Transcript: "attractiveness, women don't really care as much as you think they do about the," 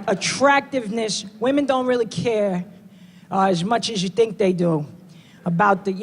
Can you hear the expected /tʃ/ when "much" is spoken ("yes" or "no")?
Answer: yes